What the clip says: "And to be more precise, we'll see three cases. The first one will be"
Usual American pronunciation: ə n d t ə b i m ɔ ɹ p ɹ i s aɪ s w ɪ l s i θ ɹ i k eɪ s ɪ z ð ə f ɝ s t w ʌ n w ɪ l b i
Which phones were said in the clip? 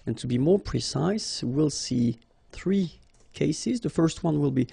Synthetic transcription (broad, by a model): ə n t ə b i m ɔ ɹ p ɹ i s aɪ s w ɪ l s i θ ɹ i k eɪ s ɪ z ð ə f ɝ s t w ʌ n w ɪ l b i